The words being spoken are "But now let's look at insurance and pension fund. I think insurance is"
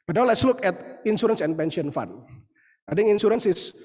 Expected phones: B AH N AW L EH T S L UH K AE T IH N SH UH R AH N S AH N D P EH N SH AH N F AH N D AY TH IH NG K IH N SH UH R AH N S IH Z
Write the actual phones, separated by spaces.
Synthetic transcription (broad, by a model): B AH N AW L EH T S L UH K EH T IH N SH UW R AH N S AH N P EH N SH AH N F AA N AY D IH NG IH N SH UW R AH N S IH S